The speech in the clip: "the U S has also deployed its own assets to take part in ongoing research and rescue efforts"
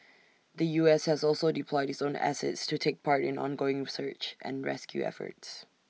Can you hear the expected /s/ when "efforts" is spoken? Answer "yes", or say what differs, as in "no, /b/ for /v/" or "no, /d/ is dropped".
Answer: yes